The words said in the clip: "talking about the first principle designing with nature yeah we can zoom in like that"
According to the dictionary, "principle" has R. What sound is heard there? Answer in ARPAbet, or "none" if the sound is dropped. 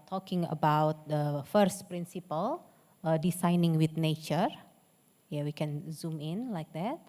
R